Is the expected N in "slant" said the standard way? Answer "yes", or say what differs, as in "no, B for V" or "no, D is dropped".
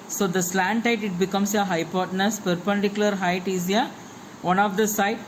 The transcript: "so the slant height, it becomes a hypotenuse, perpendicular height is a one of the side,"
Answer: yes